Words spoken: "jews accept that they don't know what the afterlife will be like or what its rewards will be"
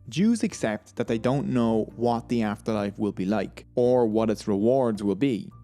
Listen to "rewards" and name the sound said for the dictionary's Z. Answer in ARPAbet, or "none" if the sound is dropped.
Z